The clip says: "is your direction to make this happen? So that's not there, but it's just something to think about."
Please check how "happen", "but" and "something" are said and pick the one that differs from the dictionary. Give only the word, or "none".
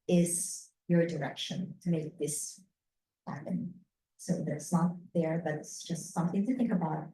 none